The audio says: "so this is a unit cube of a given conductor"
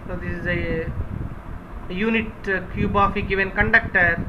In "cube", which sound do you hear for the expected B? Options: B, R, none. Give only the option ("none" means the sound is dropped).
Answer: B